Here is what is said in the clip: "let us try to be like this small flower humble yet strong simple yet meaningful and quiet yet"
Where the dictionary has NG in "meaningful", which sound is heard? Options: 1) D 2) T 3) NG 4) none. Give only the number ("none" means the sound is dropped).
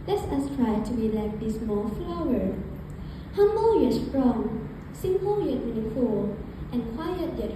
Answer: 4